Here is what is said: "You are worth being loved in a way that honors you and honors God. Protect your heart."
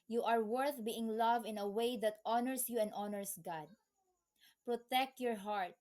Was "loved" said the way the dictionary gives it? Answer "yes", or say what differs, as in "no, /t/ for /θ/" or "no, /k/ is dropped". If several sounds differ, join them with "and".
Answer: no, /d/ is dropped